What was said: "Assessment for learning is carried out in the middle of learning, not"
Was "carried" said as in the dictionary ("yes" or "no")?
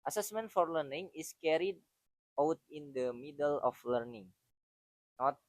yes